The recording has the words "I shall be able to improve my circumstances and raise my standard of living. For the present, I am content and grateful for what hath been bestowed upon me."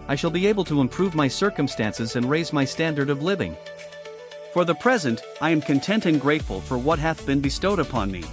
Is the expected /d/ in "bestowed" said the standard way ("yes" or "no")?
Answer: yes